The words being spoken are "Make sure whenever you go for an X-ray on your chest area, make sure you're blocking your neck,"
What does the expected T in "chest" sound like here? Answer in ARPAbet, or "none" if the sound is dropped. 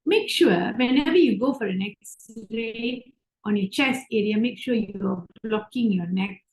none